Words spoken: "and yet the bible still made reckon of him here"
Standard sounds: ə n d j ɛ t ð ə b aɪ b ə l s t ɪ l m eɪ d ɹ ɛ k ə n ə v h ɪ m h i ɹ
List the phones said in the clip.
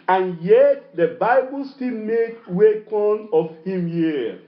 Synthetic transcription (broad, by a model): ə n j ɛ t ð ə b aɪ b ə l s t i l m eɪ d w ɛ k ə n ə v h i m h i